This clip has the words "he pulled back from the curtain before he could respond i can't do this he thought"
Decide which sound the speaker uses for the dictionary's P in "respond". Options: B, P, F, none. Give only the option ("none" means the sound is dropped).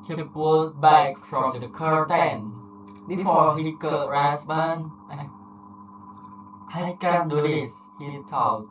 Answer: B